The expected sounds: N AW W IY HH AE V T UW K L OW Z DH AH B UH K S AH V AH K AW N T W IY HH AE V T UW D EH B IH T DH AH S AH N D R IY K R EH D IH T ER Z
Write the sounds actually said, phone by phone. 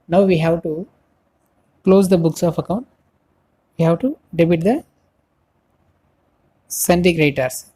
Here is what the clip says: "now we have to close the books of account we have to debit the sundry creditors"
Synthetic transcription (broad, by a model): N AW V IY HH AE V T UW K L OW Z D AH B UH K S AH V AH K AW N T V IY HH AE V T UW D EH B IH T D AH S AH N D IY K R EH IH T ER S